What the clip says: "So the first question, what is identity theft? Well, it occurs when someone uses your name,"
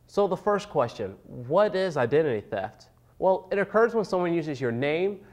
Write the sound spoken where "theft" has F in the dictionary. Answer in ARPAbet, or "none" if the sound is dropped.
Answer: F